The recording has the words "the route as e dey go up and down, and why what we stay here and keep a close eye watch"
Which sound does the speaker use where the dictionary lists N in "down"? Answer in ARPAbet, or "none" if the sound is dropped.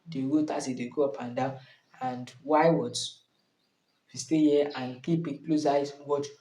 none